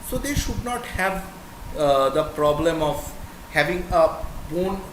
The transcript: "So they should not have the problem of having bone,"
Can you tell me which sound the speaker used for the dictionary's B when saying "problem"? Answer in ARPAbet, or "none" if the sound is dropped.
B